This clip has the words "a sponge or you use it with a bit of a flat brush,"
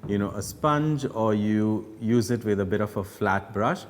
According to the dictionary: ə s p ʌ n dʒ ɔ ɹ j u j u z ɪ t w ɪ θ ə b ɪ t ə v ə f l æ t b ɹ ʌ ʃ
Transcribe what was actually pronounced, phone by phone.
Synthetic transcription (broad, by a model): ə s p ʌ n dʒ ɔ ɹ j u j u z ɪ t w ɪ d ə b ɪ t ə f ə f l æ t b ɹ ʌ ʃ